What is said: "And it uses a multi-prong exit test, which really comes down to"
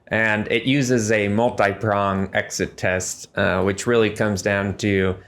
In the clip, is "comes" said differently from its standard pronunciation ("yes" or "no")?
no